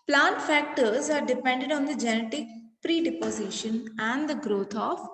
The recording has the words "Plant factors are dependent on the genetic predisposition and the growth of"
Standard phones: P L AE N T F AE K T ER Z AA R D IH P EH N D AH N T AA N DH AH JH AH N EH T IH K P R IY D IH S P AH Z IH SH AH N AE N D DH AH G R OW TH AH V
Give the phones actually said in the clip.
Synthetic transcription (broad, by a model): P L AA N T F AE K T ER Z AA R D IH P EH N D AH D AA N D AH JH AH N EH T IH K P R IY D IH P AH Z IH SH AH N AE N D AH G R OW T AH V